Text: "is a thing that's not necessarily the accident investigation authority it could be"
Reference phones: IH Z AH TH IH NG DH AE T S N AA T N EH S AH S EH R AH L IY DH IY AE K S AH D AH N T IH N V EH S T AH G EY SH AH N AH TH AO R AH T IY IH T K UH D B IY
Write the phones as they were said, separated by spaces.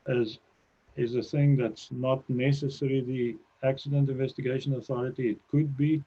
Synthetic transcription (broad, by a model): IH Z AH TH IH NG DH AE T S N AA T N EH S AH S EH R IY DH IY AE K S AH D AH N T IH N V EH S T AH G EY SH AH N AH TH AO R AH T IY IH T K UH D B IY